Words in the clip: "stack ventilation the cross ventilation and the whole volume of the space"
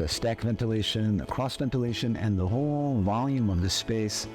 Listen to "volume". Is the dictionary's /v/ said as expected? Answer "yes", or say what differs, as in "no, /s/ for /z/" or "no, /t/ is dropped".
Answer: yes